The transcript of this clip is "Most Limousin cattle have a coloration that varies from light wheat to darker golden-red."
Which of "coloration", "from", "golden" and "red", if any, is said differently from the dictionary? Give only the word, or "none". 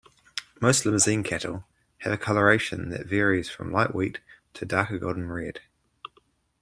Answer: golden